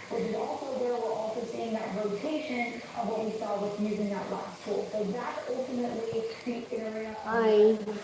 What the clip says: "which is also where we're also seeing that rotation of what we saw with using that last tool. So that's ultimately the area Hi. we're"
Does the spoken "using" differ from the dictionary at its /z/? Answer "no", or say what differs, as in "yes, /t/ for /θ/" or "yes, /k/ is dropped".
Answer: no